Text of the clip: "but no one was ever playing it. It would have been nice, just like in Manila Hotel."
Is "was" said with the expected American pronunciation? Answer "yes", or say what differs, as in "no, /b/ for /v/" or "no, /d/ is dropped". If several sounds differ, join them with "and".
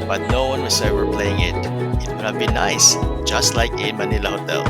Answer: no, /s/ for /z/